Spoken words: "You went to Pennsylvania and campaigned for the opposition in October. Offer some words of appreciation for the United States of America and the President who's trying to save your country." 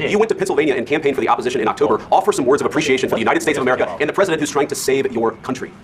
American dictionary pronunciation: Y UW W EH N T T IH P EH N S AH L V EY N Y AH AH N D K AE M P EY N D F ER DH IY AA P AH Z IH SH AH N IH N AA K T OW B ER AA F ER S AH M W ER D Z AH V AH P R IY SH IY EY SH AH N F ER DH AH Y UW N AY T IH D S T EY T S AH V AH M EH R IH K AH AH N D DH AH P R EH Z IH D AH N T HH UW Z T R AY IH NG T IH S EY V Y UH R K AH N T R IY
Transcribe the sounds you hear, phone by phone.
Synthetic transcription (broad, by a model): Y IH W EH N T T IH P EH N S L EY N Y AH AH N K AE M P EY N F ER DH IY AA P AH Z IH SH AH N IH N AA K T OW B ER AA F ER S AH M W ER D Z AH V AH P R IY SH IY EY SH AH N F ER DH AH Y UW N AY T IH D S T EY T S AH V AH M EH R IH K AH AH N DH AH P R EH Z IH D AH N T HH UW Z T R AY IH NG T IH S EY V Y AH R K AH N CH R IY